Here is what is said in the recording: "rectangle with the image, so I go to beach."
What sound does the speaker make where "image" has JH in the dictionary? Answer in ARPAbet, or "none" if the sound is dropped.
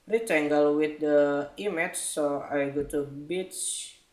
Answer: CH